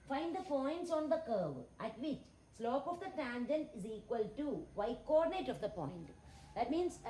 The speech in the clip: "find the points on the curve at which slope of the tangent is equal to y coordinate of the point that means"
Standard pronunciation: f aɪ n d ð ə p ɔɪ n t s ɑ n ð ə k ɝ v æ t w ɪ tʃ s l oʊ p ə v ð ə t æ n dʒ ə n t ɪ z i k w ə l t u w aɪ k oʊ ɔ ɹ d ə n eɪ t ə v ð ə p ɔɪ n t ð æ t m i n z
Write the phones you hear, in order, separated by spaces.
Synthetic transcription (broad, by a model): f aɪ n d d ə f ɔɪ n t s ɑ n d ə k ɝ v æ t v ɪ tʃ s l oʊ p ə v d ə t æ n dʒ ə n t ɪ z i k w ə l t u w aɪ k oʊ ɔ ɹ d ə n eɪ t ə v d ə p ɔɪ n t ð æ t m i n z